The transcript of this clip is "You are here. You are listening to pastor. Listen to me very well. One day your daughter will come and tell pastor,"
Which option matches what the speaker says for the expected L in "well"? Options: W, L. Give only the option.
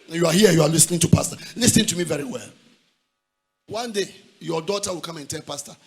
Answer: L